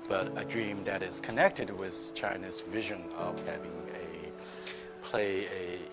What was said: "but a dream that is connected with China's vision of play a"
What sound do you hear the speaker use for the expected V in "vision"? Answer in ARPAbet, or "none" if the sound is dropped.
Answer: V